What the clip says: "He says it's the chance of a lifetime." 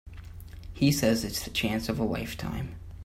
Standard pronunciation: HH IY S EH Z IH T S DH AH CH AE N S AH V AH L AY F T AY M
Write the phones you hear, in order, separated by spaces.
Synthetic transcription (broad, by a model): HH IY S EH Z IH T S DH AH CH AE N S AH V AH W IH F T AY M